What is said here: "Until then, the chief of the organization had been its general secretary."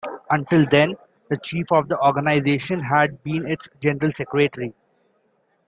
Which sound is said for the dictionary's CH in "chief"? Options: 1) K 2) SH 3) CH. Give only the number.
3